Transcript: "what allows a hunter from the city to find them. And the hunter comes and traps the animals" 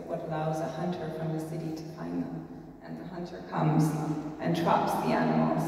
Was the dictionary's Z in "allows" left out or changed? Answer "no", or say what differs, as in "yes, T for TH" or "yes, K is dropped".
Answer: no